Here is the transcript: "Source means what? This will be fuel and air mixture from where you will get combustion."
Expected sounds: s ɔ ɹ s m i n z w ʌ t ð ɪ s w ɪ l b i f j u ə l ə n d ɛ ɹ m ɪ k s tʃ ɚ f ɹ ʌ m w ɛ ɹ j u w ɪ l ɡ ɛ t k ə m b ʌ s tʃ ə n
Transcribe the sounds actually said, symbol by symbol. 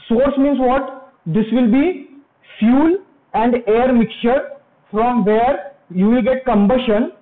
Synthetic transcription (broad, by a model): s ɔ ɹ s m i n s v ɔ t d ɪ s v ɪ l b i f j u l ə n d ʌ ɹ m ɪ k tʃ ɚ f ɹ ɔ m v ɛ ɹ j u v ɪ l ɡ ɛ t k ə m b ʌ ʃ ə n